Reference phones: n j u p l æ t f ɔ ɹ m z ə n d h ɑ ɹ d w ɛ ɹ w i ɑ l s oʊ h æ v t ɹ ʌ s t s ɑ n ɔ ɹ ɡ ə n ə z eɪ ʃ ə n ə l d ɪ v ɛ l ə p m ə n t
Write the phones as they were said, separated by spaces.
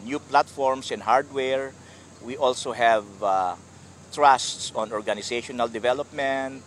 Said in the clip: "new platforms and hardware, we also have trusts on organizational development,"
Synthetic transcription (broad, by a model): n j u p l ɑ t f ɔ ɹ m s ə n h ɑ ɹ d w ɛ ɹ w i ɑ l s oʊ h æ v t ɹ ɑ s t s ɑ n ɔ ɹ ɡ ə n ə s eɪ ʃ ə n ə l d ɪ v ɛ l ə p m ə n t